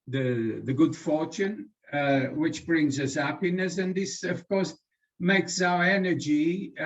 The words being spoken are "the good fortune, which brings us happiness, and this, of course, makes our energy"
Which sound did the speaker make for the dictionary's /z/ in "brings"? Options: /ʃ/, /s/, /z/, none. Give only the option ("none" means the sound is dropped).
/z/